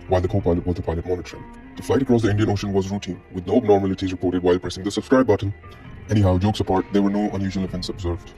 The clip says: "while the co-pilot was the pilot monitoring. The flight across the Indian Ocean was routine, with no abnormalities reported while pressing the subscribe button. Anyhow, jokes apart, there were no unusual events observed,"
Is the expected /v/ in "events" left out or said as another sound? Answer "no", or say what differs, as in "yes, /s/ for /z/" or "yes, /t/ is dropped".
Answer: yes, /f/ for /v/